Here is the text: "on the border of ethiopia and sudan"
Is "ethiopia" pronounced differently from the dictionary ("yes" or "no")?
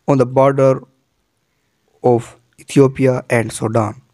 yes